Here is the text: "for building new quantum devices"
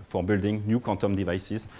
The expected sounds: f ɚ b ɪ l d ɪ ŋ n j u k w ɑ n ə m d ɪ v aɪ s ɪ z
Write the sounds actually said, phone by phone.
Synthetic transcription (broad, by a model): f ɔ b ɪ l d ɪ ŋ n j u k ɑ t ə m d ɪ v aɪ s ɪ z